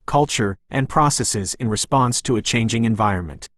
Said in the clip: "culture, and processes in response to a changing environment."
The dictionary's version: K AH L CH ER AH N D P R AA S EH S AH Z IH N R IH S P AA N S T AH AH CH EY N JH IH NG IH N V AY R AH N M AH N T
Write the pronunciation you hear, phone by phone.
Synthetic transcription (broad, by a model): K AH L CH ER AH N P R AA S EH S AH Z IH N R IH S P AA N S T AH AH CH EY N JH IH NG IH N V AY R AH N M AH N T